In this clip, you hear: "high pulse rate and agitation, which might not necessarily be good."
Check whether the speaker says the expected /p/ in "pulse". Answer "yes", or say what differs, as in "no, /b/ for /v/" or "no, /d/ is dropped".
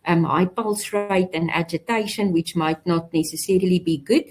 yes